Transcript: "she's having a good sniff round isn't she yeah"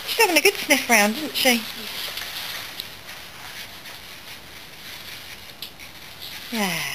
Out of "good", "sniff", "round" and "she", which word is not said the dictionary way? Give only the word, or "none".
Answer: none